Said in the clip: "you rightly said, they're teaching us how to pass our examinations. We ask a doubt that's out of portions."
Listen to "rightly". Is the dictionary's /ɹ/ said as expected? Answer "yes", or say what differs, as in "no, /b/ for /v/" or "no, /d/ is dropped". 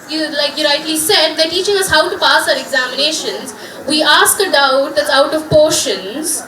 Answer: no, /l/ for /ɹ/